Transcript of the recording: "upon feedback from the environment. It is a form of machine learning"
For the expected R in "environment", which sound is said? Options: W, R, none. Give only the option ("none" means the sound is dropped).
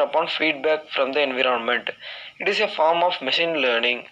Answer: R